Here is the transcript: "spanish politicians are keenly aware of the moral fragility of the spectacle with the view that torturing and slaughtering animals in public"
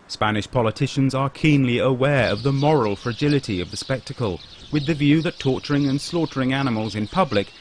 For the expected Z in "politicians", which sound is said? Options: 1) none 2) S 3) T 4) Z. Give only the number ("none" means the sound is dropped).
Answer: 4